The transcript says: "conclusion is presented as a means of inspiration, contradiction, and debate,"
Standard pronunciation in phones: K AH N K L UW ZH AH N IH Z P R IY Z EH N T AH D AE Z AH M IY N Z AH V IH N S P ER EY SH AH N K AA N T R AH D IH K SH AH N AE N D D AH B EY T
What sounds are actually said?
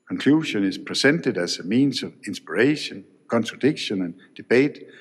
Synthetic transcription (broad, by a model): K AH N K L UW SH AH N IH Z P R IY S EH N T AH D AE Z AH M IY N S AH V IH N S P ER EY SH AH N K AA N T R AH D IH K SH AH N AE N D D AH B EY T